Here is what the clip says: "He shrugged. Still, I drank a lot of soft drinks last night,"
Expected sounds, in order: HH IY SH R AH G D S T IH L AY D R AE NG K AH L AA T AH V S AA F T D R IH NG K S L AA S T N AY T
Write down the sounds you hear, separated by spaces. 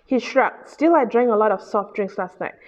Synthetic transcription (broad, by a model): HH IY SH R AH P S T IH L AY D R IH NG AH L AA T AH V S AA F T D R IH NG K S L AA S T N AY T